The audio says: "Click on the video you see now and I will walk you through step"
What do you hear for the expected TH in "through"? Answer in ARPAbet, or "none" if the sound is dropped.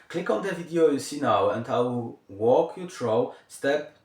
T